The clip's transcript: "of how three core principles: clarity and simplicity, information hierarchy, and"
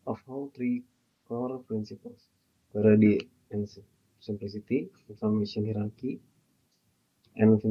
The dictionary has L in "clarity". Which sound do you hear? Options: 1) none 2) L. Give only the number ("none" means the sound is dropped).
1